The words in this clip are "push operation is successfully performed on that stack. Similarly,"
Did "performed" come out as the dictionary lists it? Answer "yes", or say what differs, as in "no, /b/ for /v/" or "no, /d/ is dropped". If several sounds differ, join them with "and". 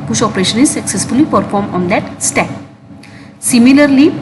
no, /d/ is dropped